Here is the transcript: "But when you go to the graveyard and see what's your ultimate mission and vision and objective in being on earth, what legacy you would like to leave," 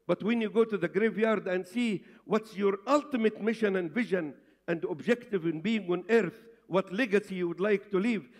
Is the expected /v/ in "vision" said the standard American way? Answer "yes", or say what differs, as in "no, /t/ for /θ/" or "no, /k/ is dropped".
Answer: yes